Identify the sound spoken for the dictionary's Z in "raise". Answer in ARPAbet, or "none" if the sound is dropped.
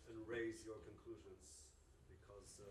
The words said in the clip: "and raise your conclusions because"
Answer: Z